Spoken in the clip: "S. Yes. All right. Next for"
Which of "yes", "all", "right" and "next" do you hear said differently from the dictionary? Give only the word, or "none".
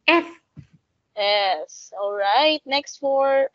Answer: none